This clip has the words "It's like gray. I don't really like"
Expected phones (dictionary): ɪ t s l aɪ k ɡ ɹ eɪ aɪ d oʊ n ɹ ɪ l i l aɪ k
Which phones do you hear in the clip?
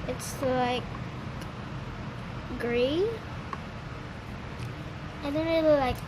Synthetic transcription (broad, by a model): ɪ t s l aɪ k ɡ ɹ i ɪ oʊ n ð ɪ n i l aɪ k